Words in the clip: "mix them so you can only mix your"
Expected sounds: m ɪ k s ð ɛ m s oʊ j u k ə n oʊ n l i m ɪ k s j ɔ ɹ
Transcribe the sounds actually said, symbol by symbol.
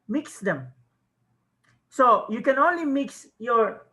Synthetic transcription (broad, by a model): m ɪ k s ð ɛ m s oʊ j u k ə n oʊ n l i m ɪ k s j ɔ ɹ